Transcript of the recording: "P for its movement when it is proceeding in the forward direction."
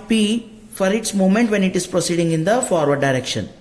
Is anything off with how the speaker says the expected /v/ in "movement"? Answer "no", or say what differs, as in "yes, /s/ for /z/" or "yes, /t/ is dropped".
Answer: yes, /v/ is dropped